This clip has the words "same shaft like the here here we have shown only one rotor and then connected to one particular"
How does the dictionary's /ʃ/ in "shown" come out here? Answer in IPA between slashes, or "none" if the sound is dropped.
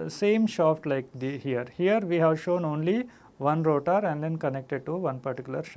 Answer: /ʃ/